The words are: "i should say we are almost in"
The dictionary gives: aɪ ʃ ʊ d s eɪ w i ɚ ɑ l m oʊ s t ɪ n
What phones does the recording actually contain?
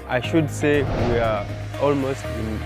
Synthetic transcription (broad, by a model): aɪ ʃ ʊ d s eɪ w i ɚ ɑ l m oʊ s t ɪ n